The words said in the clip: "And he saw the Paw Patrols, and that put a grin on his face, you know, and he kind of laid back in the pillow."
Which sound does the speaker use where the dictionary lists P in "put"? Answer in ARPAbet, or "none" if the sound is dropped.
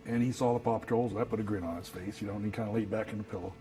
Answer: B